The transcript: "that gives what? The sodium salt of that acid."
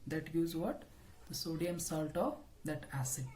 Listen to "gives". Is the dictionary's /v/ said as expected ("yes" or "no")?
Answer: no